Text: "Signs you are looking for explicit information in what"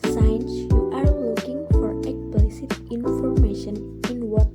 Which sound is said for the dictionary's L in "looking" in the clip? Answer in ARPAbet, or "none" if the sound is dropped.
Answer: W